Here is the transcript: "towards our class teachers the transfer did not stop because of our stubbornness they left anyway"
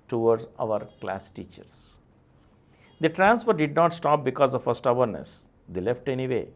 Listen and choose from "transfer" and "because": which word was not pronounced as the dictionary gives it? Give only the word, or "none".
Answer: none